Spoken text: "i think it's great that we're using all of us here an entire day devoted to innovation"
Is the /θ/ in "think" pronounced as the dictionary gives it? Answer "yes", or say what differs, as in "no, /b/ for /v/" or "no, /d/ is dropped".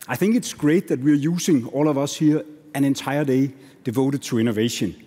yes